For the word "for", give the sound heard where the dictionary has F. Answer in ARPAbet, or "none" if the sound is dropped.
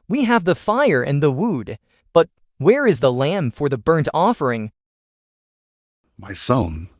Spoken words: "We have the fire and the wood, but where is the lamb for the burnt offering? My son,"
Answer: F